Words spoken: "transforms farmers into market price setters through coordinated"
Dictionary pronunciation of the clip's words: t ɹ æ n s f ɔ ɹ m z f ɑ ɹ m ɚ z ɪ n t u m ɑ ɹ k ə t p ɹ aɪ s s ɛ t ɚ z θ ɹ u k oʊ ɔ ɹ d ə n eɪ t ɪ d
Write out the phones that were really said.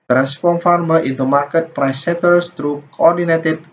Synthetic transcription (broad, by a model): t ɹ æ n s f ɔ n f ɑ ɹ m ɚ ɪ n t u m ɑ ɹ k ə t p ɹ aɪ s s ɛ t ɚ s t ɹ u k oʊ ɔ ɹ d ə n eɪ t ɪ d